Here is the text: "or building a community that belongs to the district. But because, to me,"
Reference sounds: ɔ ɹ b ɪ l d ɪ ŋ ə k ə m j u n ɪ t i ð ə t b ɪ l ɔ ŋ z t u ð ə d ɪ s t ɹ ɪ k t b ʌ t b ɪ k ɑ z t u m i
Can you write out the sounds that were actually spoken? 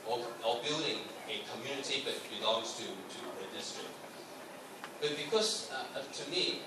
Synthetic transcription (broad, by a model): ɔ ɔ b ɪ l d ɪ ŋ ə k ə m j u n ɪ t i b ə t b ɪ l ɔ ŋ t t u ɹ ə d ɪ s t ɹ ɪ t b ʌ t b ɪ k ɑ s t u m i